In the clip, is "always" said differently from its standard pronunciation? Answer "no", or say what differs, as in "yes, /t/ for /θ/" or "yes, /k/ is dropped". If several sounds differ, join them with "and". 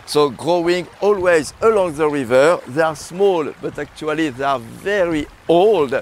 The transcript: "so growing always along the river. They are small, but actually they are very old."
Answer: no